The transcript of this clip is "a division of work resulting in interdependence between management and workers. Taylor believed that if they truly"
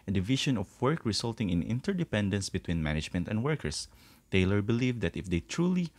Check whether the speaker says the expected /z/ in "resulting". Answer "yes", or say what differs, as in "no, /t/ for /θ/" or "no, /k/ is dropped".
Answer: no, /s/ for /z/